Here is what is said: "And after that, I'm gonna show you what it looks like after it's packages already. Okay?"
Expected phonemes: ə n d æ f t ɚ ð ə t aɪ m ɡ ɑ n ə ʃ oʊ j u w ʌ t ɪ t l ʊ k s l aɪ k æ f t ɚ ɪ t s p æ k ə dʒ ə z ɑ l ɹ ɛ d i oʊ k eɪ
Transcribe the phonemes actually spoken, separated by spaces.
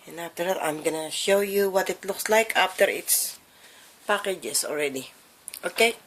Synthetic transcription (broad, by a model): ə n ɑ f t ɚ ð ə t aɪ m ɡ ɑ n ə ʃ oʊ j u w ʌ t ɪ t l ʊ k s l aɪ k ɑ f t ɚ ɪ t s p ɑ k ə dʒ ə s ɑ l ɹ ɛ d i oʊ k eɪ